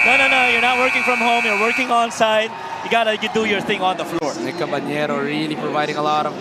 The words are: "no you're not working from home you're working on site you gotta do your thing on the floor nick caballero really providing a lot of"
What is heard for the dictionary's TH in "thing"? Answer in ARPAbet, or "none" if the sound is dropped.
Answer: TH